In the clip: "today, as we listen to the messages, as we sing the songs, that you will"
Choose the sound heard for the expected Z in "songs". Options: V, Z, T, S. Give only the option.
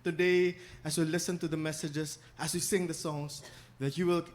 S